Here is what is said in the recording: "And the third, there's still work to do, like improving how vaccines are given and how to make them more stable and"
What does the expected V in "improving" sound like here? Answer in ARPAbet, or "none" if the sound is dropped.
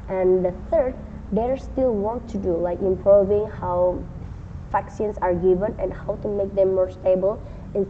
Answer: V